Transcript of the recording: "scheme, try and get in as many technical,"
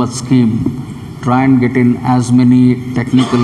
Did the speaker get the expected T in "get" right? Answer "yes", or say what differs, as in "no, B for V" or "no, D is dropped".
yes